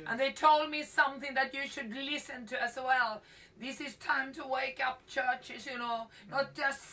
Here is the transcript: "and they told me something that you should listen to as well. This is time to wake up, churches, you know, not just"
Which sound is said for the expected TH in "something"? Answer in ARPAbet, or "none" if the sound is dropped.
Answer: TH